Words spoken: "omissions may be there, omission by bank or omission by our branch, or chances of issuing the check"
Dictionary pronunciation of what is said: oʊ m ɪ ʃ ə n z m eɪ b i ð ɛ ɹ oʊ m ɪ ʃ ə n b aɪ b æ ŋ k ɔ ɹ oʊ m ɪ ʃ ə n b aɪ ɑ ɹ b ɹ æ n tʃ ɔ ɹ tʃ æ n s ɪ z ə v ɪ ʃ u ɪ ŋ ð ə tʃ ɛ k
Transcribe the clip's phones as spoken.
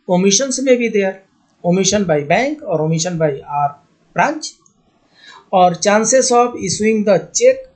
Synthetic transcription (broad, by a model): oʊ m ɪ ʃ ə n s m eɪ b i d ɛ ɹ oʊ m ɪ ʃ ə n b aɪ b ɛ ŋ k ɔ ɹ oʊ m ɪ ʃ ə n b aɪ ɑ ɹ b ɹ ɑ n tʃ ɔ ɹ tʃ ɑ n s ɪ s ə b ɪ s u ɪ ŋ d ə tʃ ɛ k